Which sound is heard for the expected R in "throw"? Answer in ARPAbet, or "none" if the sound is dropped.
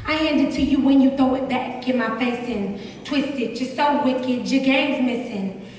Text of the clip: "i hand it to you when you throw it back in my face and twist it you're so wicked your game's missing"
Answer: none